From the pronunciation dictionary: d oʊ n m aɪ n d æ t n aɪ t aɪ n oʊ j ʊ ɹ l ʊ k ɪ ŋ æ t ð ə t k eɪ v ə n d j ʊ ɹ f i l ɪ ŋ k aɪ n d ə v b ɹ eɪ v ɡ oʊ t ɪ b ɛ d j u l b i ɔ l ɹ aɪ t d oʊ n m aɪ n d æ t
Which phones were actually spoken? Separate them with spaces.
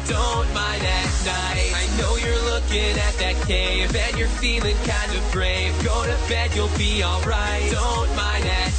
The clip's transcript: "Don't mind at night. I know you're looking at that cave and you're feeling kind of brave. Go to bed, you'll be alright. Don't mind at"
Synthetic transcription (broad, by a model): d oʊ n m aɪ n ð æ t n aɪ aɪ n oʊ j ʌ ɹ l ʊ k ɪ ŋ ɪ t ð ə t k eɪ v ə n j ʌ ɹ f i l ɪ ŋ k aɪ n d ə v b ɹ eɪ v ɡ oʊ t ɪ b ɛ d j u l b i ɔ l ɹ aɪ t d oʊ n m aɪ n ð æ t